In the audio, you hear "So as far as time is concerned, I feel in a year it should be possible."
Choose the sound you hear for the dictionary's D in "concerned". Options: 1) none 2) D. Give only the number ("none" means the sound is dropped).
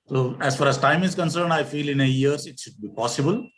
2